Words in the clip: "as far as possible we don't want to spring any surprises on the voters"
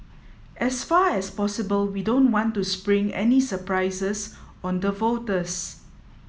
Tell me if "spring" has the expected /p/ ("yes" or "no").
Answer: yes